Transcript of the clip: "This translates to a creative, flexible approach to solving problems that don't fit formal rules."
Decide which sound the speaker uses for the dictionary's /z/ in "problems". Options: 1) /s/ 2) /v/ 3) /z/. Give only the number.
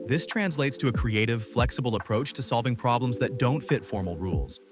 3